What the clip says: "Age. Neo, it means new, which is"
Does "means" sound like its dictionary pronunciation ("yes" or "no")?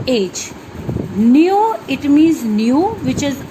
no